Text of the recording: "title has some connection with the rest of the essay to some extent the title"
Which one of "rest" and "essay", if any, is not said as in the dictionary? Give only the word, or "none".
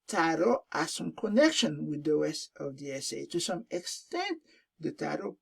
rest